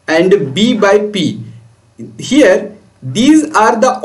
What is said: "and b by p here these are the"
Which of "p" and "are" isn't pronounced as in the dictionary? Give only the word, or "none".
none